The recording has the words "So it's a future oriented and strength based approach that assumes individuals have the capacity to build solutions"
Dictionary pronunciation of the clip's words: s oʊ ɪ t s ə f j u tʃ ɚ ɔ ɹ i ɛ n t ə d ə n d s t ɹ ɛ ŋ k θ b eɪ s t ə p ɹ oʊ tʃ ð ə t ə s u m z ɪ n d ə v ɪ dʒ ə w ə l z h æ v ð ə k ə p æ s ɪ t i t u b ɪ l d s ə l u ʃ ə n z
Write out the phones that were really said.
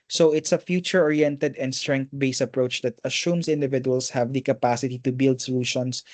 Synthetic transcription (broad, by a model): s oʊ ɪ t s ə f j u tʃ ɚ ɔ ɹ i ɛ n t ə d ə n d s t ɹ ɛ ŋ k t b eɪ s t ə p ɹ oʊ tʃ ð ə t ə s u m s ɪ n d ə v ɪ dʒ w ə l s h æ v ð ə k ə p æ s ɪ t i t u b ɪ l d s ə l u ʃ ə n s